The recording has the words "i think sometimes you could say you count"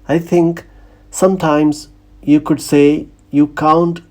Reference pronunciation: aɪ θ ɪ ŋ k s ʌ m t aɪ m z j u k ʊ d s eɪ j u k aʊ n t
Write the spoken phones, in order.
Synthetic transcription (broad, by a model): aɪ t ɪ ŋ k s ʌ m t aɪ m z j u k ʊ d s eɪ j u k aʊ n t